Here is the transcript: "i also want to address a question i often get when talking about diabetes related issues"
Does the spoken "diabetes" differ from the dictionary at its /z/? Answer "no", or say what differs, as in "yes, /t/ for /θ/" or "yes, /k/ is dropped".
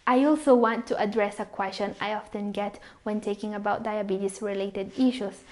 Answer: yes, /s/ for /z/